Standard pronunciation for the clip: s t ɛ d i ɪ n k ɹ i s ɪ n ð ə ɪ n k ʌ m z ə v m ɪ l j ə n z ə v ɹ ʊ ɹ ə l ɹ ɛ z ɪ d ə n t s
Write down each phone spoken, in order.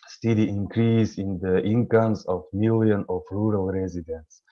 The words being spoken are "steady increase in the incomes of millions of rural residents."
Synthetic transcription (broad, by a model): s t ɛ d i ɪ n k ɹ i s ɪ n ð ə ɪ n k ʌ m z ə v m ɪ l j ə n ə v ɹ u ɹ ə l ɹ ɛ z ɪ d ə n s